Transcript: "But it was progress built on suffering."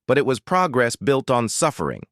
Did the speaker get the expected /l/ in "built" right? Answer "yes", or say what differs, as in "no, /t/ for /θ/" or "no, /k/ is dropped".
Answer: yes